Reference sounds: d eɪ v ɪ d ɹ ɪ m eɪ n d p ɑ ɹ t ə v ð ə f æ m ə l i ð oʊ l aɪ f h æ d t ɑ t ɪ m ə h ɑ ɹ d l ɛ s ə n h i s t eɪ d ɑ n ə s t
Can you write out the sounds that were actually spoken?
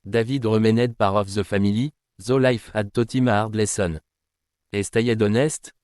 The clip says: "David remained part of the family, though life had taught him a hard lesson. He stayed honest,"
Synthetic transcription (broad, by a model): d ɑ v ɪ d ɹ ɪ m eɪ n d p ɑ ɹ ə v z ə f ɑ m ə l i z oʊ l aɪ f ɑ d t ɑ t ɪ m ɑ ɹ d l ɛ s ə n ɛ s t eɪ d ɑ n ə s t